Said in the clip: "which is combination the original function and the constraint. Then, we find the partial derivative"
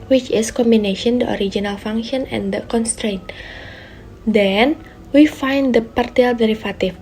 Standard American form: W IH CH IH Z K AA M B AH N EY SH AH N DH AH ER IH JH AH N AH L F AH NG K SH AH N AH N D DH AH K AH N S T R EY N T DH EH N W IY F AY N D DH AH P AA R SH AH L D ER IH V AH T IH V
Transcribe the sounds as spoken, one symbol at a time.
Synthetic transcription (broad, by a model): W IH CH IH S K AA M B AH N EY SH AH N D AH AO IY JH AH N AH L F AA NG K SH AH N AH N D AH K AH N S T R EY N T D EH N W IY F AY N D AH P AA R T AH L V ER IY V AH T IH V